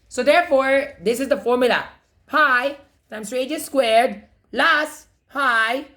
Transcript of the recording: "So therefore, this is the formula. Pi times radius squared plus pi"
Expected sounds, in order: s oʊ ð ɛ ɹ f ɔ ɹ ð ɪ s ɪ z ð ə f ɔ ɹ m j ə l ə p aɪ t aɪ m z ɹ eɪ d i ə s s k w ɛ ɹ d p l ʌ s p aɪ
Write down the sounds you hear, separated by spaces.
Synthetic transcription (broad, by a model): s oʊ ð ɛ ɹ f ɔ ɹ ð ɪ s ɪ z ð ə f ɔ ɹ m j ə l ə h aɪ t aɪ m s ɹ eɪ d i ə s s k w ɛ ɹ d l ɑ s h aɪ